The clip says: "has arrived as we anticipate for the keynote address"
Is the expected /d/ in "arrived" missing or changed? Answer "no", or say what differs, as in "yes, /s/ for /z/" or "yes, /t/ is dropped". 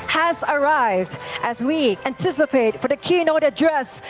no